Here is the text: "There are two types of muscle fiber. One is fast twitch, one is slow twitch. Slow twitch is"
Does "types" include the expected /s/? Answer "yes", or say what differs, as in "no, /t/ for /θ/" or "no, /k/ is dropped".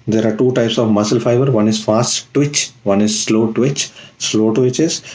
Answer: yes